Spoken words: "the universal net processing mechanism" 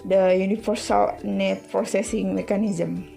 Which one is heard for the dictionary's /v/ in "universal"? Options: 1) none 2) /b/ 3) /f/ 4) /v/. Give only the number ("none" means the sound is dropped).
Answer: 3